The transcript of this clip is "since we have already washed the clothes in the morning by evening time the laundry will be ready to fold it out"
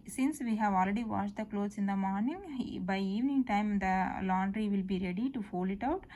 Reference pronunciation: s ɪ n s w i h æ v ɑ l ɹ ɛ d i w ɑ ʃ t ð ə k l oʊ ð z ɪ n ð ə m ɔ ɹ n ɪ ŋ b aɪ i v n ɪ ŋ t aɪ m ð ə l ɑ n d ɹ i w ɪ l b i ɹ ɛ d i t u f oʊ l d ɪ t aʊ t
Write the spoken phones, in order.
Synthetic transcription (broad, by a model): s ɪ n s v i h æ v ɑ l ɹ ɛ d i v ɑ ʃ t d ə k l oʊ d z ɪ n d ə m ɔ ɹ n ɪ ŋ b aɪ i v n ɪ ŋ t aɪ m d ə l ɑ n d ɹ i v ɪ l b i ɹ ɛ d i t u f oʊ l ɪ t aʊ t